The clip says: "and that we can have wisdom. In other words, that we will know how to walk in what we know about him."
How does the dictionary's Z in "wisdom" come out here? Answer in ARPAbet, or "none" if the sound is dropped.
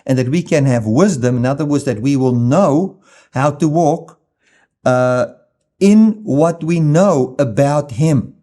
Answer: Z